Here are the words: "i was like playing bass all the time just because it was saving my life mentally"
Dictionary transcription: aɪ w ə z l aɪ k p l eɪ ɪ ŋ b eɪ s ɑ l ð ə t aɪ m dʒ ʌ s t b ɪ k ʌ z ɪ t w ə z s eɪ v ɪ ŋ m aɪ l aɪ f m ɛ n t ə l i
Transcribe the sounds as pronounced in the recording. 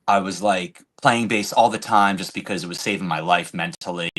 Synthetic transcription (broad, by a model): aɪ w ə z l aɪ k p l eɪ ɪ ŋ b eɪ s ɑ l ð ə t aɪ m dʒ ʌ s b ɪ k ʌ z ɪ t w ə z s eɪ v ɪ ŋ m aɪ l aɪ f m ɛ n t l i